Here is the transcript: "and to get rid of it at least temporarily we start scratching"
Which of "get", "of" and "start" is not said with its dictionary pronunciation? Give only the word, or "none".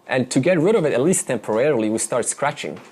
none